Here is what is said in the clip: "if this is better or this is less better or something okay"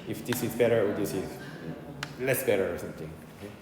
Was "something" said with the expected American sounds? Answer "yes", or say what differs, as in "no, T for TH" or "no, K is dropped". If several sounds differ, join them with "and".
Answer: no, T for TH